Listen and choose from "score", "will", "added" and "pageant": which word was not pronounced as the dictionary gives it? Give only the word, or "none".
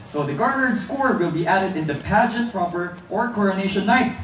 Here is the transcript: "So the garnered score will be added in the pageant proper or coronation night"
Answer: none